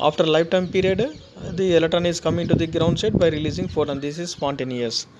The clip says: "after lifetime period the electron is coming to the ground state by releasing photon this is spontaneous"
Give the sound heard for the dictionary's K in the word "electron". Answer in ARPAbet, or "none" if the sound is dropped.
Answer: none